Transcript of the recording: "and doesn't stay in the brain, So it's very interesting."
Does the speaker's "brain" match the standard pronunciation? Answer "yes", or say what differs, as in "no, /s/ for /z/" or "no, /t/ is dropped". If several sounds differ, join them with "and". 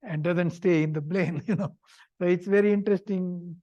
no, /l/ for /ɹ/